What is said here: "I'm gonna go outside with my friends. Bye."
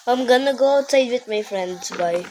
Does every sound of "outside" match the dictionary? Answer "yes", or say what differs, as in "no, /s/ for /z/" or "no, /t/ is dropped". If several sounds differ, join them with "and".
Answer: no, /s/ is dropped